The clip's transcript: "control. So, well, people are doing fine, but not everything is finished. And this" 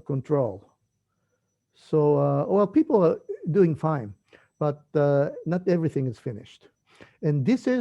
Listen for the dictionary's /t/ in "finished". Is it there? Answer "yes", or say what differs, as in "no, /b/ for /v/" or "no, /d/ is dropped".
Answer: yes